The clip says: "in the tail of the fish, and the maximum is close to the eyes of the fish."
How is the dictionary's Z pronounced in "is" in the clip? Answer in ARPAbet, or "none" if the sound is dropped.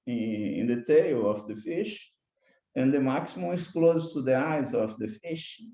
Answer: S